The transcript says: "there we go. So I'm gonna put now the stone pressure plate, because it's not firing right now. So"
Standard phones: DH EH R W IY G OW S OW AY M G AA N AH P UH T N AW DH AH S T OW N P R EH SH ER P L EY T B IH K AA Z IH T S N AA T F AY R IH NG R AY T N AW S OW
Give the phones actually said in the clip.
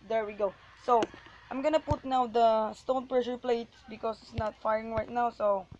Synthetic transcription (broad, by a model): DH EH R W IY G OW S OW AY M G AA N AH P UH T N AW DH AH S T OW N P R EH SH ER P L EY T B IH K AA S IH T S N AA T F AY R IH NG R AY T N AW S OW